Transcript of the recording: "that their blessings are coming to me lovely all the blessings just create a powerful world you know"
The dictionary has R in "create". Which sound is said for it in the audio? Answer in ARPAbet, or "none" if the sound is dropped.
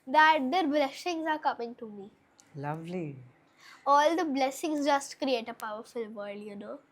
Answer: R